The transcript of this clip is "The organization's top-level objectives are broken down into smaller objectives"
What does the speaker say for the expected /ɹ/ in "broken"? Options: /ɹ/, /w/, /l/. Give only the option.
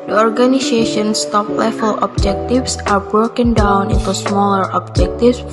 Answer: /ɹ/